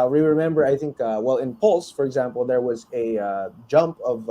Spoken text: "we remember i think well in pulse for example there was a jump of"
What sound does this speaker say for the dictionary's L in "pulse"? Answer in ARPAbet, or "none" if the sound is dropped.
L